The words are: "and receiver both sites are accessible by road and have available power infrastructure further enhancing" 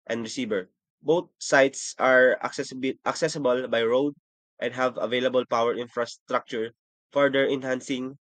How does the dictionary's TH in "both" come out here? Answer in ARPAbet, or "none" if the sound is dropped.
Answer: T